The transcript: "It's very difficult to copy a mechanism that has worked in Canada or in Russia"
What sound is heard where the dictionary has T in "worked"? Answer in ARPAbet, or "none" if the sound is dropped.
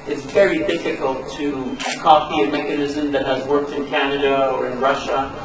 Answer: T